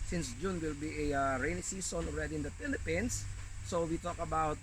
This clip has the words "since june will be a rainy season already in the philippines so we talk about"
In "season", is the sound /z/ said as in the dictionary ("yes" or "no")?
no